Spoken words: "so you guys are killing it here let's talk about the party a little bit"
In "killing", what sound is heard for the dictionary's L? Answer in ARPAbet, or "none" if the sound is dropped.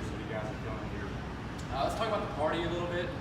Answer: none